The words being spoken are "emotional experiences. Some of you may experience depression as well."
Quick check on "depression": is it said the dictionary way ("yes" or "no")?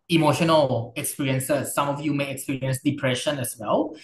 yes